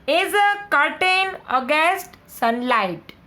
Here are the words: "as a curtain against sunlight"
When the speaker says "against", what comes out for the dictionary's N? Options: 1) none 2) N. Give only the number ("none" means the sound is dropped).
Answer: 1